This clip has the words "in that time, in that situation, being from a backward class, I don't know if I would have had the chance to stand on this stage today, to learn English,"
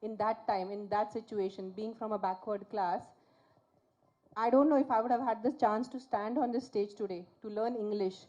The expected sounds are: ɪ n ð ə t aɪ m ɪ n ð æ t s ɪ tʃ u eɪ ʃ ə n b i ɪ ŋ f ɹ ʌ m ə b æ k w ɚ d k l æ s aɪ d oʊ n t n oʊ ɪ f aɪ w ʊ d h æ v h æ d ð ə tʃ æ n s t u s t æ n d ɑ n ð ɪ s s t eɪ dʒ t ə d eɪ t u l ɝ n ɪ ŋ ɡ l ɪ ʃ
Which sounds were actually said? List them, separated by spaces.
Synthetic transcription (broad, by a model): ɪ n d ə t aɪ m ɪ n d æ t s ɪ tʃ u eɪ ʃ ə n b i ɪ ŋ f ɹ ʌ m ə b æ k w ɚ d k l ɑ s aɪ d oʊ n t n oʊ ɪ f aɪ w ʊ d h æ v h æ d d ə tʃ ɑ n s t u s t æ n d ɑ n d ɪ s s t eɪ dʒ t ə d eɪ t u l ɝ n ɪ ŋ ɡ l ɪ ʃ